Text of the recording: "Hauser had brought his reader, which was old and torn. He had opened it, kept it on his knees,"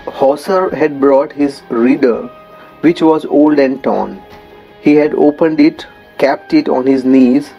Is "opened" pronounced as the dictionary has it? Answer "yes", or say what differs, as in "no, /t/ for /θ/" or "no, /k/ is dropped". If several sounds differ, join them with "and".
yes